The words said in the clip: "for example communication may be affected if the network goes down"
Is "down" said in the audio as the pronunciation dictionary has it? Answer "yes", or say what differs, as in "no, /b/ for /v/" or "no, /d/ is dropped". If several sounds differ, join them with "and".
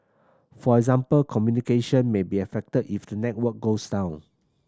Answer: yes